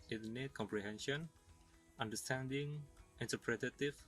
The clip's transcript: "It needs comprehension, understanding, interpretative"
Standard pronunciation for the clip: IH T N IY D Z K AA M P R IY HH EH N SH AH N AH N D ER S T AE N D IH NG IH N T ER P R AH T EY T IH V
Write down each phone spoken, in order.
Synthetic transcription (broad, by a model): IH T N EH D K AA M P R IY HH EH N SH AH N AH N D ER S T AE N D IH NG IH N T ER P R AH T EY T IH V